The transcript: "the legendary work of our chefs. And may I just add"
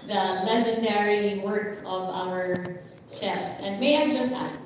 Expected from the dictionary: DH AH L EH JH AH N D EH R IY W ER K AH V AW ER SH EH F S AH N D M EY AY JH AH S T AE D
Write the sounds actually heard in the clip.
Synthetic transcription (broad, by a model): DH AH L EH JH AH N D EH R IY W ER K AH V AW ER SH EH F S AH N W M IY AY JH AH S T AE